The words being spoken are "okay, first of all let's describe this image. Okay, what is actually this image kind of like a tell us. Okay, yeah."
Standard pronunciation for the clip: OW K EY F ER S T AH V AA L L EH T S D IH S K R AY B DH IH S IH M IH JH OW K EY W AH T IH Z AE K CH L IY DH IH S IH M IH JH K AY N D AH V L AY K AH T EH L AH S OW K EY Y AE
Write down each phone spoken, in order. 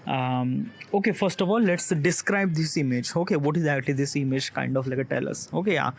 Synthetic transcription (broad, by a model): OW K EY F ER S T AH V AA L L EH T S D IH S K R AY B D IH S IH M IH JH OW K EY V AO T IH Z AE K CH L IY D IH S IH M IH JH K AY N D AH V L AY K AH T EH L AH S OW K EY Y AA